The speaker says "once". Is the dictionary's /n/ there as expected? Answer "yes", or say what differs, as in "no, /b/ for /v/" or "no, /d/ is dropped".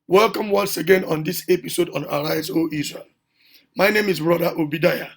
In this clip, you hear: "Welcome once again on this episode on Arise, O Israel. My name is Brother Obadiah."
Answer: yes